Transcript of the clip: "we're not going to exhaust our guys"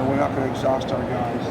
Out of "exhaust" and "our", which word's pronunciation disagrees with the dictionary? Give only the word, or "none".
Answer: none